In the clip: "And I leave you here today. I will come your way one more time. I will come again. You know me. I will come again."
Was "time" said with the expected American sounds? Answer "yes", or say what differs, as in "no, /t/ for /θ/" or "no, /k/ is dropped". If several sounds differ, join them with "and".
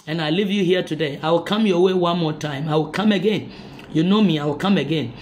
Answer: yes